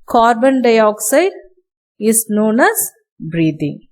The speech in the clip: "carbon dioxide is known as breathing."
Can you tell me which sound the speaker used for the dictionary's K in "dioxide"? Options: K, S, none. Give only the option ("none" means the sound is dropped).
K